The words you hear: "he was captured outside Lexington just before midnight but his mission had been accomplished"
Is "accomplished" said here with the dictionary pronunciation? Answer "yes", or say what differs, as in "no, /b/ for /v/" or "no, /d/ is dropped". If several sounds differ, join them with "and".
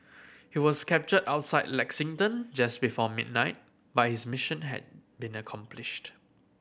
yes